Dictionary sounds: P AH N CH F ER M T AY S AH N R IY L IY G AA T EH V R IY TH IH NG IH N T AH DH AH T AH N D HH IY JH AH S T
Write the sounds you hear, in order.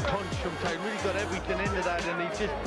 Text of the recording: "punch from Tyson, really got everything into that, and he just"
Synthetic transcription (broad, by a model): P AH N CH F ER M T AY AH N R IY L IY G AA T EH V R IY TH IH NG IH N T AH DH AH T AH N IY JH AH S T